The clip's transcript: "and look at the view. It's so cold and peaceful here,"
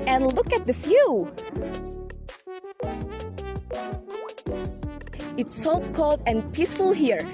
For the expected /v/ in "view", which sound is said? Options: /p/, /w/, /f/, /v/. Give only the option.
/f/